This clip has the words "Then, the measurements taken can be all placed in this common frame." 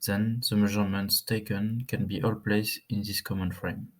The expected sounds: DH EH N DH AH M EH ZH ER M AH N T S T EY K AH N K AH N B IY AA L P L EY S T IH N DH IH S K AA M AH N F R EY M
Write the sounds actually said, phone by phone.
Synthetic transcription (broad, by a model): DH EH N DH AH M EH ZH ER M AH N T S T EY K AH N K AH N B IY AA L P L EY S IH N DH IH S K AA M AH N F R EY M